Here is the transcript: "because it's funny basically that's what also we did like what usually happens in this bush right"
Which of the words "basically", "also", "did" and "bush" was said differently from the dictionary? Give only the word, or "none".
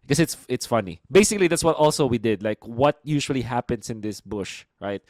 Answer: none